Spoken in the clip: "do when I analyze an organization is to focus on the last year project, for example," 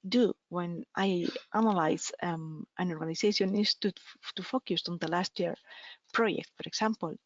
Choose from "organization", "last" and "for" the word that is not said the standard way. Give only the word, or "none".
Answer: organization